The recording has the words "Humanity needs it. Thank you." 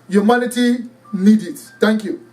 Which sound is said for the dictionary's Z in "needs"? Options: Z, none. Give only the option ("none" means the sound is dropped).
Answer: none